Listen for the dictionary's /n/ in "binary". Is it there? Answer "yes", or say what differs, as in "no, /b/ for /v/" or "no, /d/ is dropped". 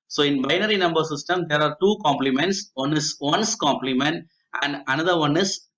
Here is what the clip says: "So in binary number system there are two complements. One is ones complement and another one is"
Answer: yes